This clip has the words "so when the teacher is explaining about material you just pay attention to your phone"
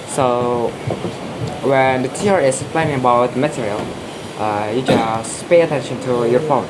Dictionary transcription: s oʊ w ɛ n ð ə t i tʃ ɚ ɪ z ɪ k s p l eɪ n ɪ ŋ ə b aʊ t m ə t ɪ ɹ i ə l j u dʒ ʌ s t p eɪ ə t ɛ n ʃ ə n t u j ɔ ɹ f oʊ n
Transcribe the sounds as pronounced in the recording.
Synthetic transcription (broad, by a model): s oʊ w ɛ n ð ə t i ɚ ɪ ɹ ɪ s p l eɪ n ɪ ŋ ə b aʊ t m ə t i ɹ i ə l j u dʒ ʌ s p eɪ ə t ɛ n ʃ ə n t u j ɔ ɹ f oʊ n